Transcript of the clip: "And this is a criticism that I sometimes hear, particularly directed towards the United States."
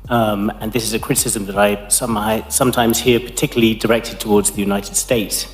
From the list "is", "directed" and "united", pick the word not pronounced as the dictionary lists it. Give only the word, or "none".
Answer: none